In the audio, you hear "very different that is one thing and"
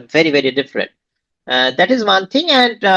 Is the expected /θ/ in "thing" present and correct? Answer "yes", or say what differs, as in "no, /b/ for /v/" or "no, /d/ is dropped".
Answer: no, /t/ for /θ/